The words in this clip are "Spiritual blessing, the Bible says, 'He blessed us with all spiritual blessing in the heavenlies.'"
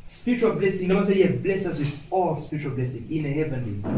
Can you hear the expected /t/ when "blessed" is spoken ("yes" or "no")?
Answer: no